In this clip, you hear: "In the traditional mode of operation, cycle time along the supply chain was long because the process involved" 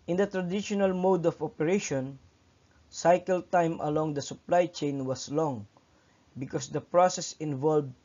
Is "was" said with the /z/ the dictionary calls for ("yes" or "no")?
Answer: no